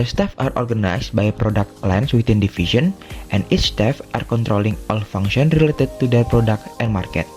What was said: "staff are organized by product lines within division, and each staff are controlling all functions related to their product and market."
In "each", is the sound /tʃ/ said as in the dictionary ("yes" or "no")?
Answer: no